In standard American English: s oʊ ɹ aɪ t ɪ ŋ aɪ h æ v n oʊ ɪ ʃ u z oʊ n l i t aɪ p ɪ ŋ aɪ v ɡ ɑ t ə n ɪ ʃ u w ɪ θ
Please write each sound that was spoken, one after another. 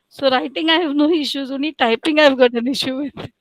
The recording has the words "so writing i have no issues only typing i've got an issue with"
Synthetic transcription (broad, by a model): s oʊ ɹ aɪ t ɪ ŋ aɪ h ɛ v n oʊ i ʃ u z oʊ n i t aɪ p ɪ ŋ aɪ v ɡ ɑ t ə n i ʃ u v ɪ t